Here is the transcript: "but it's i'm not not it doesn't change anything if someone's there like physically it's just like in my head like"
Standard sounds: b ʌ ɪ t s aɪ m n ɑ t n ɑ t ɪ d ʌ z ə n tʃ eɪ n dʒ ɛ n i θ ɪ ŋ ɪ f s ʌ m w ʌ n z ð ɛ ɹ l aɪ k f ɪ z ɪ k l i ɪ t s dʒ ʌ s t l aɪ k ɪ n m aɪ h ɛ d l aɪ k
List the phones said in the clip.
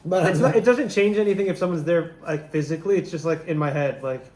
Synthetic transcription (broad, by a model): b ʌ ɪ t s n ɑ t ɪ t d ʌ z ə n tʃ eɪ n dʒ ɛ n i θ ɪ ŋ ɪ f s ʌ m w ʌ n z ð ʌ ɹ l aɪ k f ɪ z ɪ k l i ɪ t s dʒ ʌ s t l aɪ k ɪ n m aɪ h ɛ d l aɪ k